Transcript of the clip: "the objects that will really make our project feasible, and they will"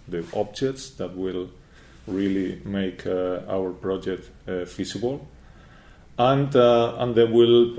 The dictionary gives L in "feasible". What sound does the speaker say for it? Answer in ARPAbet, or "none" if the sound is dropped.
N